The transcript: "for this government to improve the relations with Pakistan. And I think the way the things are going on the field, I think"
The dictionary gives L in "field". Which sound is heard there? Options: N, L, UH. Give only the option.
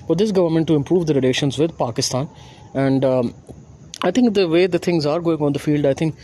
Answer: L